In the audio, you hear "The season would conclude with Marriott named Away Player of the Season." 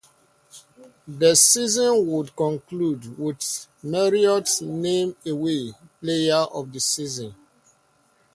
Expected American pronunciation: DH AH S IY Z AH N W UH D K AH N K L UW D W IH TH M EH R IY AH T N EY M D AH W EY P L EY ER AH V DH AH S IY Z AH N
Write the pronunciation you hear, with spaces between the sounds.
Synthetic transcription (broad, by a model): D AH S IY Z AH N W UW D K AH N K L UW D W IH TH M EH R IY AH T N EY M AH W EY P L EY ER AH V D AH S IY Z AH N